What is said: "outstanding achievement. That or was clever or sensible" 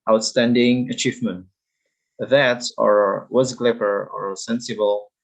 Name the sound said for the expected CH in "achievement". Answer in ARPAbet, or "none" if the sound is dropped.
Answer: CH